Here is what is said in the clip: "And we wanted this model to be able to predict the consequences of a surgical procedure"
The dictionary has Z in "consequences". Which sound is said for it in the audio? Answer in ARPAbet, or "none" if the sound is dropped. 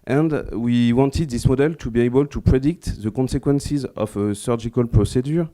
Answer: Z